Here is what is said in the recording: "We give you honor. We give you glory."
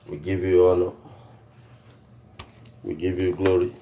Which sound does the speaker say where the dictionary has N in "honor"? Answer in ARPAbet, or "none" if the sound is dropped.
L